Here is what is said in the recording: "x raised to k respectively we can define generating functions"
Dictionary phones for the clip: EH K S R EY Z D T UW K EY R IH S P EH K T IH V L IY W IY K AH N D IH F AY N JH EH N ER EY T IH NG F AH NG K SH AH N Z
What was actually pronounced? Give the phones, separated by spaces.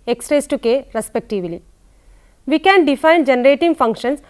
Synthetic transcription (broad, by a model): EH K S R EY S T UW K EY R IH S P EH K T IH V L IY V IY K AH N D IH F AY N JH EH N ER EY T IH NG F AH NG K SH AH N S